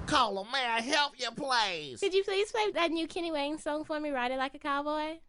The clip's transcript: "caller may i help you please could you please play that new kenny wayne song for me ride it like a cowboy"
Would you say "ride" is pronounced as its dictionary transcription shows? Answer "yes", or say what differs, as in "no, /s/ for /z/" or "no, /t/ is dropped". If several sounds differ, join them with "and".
yes